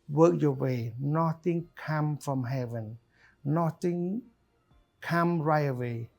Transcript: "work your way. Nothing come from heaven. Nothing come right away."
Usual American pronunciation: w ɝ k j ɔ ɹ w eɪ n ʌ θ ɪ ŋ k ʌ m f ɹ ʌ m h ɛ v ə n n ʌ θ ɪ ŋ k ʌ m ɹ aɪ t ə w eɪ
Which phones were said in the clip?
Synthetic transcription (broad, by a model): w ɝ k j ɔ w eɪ n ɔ t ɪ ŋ k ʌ m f ɹ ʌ m h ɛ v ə n n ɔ t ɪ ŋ k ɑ m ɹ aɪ ə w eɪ